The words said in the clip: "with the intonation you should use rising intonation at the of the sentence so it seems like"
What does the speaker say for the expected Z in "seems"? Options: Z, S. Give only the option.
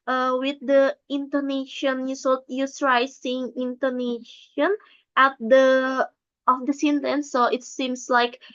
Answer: S